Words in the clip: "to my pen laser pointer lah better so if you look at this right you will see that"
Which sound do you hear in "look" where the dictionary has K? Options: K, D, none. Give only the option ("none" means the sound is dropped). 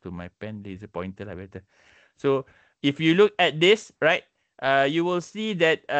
K